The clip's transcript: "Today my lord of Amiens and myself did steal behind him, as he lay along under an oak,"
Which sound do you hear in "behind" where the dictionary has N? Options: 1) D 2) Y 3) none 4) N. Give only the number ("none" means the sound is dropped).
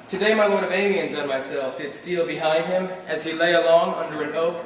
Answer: 4